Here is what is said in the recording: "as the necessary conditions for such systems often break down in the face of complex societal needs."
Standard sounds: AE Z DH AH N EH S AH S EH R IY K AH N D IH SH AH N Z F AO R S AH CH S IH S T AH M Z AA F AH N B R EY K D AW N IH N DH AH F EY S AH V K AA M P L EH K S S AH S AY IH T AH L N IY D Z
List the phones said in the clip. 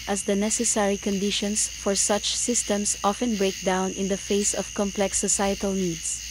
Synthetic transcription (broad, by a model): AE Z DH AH N EH S AH S EH R IY K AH N D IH SH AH N S F AO R S AH CH S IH S T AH M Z AA F AH N B R EY K D AW N IH N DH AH F EY S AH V K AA M P L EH K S S AH S AY IH T AH L N IY D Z